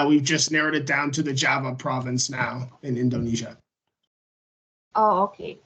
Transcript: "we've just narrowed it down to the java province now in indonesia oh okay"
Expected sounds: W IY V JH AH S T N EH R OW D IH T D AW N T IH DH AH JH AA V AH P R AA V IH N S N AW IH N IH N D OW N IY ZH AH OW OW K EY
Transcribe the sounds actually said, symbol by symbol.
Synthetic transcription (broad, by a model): W IY V JH AH S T N EH R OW D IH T D AW N T IH DH AH JH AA V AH P R AA V IH N S N AW IH N IH N D OW N IY ZH AH OW OW K EY